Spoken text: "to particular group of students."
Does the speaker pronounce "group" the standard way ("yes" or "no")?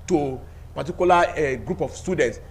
yes